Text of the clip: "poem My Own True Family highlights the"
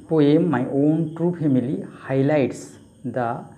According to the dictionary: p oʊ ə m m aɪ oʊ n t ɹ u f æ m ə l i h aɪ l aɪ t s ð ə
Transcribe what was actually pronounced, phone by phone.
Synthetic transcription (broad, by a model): p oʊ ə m m aɪ oʊ n t ɹ u p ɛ m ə l i h aɪ l aɪ t s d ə